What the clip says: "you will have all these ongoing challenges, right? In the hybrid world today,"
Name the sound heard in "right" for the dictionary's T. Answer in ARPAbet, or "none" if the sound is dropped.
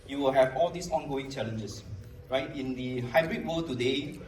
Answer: T